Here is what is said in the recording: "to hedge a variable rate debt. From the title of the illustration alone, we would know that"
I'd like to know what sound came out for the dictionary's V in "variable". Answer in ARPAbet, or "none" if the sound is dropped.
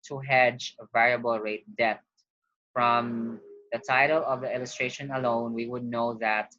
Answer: V